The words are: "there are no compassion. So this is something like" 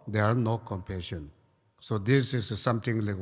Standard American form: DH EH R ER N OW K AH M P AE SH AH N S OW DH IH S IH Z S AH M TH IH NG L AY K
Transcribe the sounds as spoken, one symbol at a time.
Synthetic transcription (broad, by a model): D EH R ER N OW K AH M P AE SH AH N S OW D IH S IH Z S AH M T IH NG L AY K